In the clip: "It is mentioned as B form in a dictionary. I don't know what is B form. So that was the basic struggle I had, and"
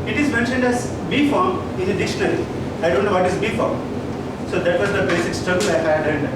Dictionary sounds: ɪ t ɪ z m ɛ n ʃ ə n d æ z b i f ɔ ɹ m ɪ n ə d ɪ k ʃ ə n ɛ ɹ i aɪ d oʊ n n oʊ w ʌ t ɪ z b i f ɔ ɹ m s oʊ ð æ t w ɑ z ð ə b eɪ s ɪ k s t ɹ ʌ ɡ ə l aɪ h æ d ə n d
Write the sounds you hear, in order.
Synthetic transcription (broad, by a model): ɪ t ɪ z m ɛ n ʃ ə n d æ z b i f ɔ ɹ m ɪ n ə d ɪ ʃ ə n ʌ l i aɪ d oʊ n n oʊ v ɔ t ɪ z b i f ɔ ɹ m s oʊ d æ t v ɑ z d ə b eɪ s ɪ k s t ɹ ʌ ɡ ə l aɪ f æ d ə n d